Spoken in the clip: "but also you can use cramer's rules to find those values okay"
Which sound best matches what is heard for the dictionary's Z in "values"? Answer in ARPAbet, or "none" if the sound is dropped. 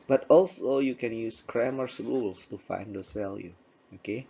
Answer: none